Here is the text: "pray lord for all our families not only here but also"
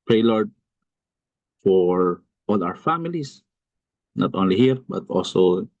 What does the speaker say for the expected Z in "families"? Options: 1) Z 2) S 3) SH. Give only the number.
2